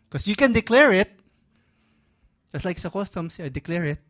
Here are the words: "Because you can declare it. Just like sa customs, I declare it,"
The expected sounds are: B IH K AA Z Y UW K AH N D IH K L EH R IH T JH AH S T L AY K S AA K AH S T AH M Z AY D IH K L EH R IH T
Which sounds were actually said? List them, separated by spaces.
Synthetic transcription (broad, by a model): K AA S Y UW K AH N D IH K L EH R IH T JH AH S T L AY K S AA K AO S T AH M S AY D IH K L EH R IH T